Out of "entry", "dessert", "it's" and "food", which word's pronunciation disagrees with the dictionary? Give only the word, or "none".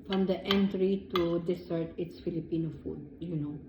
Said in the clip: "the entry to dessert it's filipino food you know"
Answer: dessert